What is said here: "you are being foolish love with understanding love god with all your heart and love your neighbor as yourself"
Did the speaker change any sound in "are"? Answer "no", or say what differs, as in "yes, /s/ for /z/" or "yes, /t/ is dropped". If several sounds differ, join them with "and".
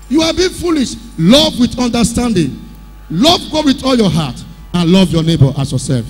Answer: yes, /l/ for /ɹ/